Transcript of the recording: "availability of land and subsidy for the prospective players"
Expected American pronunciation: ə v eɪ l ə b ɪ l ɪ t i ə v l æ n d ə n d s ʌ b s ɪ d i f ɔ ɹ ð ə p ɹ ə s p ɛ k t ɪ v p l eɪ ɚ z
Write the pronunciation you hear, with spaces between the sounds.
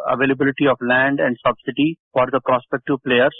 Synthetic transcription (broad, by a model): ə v eɪ l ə b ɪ l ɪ t i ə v l æ n d ə n d s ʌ b s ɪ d i f ɔ ɹ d ə p ɹ ə s p ɛ k t ɪ v p l eɪ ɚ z